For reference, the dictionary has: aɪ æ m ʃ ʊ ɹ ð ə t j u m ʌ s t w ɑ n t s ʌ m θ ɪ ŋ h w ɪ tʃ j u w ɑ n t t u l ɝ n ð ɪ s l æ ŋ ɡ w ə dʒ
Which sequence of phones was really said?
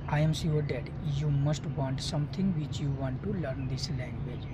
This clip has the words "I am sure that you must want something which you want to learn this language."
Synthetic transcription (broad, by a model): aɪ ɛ m s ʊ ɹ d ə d j u m ʌ s t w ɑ n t s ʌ m t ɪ ŋ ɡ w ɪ tʃ j u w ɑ n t t u l ɝ n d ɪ s l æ ŋ ɡ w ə dʒ